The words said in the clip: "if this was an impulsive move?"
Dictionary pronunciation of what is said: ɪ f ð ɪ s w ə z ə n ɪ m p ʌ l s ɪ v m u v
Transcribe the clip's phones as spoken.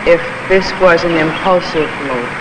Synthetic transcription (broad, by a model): ɪ f ð ɪ s w ə z ə n ɪ m p ʌ l s ɪ v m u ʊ